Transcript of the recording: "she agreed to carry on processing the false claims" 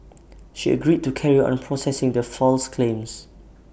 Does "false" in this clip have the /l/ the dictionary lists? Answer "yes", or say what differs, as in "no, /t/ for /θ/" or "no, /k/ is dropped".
yes